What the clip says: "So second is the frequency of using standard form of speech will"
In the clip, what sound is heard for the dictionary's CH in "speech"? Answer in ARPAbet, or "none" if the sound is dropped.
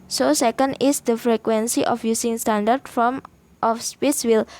S